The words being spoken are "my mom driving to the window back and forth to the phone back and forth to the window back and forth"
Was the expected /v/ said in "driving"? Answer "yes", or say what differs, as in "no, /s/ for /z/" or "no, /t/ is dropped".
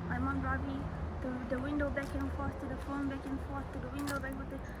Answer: no, /b/ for /v/